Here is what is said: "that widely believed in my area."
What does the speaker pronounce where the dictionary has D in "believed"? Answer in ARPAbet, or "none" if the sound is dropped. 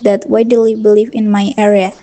none